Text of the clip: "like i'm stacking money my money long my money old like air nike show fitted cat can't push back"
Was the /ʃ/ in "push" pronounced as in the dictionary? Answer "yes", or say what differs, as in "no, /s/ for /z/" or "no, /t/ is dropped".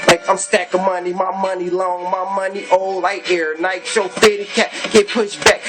yes